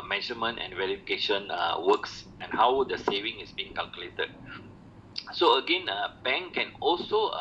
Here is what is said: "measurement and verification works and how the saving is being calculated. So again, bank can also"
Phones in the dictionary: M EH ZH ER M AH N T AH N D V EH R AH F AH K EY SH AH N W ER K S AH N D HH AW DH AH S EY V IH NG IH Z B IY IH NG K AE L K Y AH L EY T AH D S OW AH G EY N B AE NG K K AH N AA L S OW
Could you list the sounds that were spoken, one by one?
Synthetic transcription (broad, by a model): M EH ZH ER M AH N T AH N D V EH R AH F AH K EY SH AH N W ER K S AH N HH AW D AH S EY V IH NG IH S B IY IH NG K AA L K Y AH L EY T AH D S OW AH G EY N B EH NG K K AH N AA L S OW